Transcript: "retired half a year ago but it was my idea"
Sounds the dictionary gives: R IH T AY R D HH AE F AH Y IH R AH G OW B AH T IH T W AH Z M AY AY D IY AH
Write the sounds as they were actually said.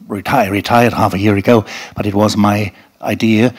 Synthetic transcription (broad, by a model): R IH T AY R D HH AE F AH Y IH R AH G OW B AH T IH T W AH Z M AY AY D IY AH